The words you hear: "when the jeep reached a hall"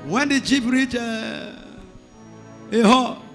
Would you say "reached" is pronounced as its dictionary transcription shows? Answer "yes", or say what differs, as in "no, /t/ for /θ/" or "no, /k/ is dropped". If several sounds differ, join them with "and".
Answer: no, /t/ is dropped